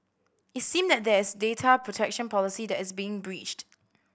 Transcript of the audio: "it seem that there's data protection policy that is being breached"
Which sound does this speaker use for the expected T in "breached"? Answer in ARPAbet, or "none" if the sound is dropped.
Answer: T